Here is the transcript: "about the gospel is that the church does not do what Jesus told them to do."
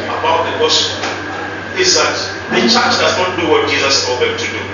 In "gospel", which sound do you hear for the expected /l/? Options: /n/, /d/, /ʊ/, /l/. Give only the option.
/n/